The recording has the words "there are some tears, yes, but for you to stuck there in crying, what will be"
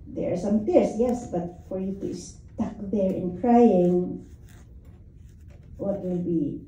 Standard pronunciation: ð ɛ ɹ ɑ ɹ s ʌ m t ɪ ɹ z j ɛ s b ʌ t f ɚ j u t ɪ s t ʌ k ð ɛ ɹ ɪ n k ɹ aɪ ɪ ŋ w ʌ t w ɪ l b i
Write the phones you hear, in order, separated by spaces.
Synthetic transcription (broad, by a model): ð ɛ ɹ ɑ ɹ s ʌ m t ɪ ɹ s j ɛ s b ʌ t f ɚ j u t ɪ s t ʌ k ð ɛ ɹ ɪ n k ɹ aɪ ɪ ŋ w ʌ t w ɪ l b i